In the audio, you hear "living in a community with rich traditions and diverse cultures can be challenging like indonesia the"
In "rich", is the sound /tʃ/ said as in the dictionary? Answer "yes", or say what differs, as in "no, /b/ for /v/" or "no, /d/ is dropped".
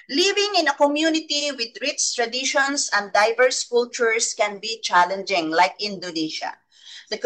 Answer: no, /s/ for /tʃ/